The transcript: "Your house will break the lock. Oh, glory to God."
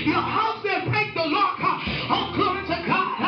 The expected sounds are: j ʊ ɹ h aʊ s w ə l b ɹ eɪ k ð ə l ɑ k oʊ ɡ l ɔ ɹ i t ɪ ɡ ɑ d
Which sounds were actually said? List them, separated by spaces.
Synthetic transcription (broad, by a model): j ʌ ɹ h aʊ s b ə n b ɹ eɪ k ð ə l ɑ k oʊ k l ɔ i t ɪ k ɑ